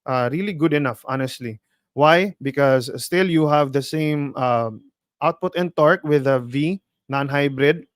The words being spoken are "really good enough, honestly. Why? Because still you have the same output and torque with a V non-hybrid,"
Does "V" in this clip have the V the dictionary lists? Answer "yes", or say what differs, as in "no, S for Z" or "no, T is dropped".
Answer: yes